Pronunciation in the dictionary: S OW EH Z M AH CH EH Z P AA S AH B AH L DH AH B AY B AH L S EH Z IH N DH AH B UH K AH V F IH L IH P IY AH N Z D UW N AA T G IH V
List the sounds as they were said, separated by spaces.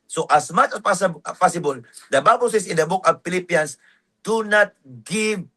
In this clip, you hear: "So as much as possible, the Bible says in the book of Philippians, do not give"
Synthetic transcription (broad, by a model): S OW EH S M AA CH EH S P AA S AH B AH L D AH B AY B AH L S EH S IH N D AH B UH K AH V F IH L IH P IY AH N S D UW N AA T G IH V